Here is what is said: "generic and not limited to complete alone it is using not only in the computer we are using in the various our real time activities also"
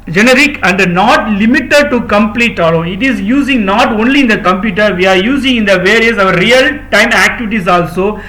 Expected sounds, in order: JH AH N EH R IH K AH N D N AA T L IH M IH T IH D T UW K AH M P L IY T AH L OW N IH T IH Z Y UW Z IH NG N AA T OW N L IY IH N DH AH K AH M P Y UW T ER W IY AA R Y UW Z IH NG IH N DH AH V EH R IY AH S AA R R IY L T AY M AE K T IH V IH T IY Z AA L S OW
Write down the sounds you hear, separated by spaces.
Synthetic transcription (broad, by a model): JH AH N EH R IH K AH N D N AA T L IH M IH T IH D T UW K AH M P L IY T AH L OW IH T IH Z Y UW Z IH NG N AA T OW N L IY IH N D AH K AH M P Y UW T ER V IY AA R Y UW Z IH NG IH N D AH V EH R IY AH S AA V R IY L T AY M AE K T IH V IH T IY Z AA L S OW